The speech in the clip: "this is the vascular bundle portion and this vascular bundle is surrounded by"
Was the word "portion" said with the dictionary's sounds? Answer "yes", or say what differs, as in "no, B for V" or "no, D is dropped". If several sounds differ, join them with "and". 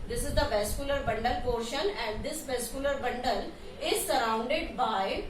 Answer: yes